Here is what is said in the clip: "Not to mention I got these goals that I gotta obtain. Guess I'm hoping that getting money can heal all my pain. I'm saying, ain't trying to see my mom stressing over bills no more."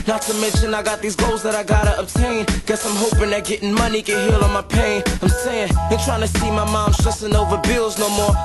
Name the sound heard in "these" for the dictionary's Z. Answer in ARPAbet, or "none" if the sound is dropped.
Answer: Z